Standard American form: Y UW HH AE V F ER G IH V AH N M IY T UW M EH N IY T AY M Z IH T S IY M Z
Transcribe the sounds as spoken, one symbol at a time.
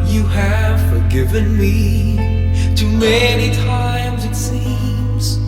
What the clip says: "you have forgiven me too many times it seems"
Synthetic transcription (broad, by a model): Y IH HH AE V F ER G IH V AH N M IY T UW M EH N IY T AY M Z IH T S IY M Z